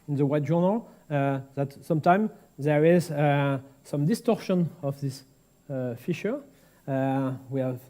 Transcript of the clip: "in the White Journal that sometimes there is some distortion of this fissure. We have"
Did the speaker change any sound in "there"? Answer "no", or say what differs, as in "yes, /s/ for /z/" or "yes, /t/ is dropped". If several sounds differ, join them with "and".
no